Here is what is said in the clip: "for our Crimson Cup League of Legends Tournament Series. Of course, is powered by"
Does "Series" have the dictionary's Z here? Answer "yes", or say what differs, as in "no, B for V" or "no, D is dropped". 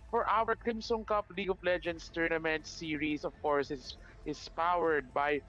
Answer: no, S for Z